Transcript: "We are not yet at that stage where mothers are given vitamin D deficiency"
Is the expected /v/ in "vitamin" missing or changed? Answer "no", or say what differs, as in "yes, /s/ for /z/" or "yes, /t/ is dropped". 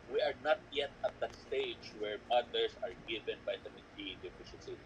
yes, /b/ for /v/